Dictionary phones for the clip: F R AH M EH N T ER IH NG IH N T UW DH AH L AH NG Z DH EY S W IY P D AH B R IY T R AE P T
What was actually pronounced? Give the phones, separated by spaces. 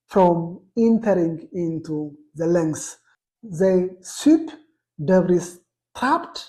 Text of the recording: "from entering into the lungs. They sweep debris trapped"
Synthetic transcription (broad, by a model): F R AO M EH N T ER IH NG IH N T UW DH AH L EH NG S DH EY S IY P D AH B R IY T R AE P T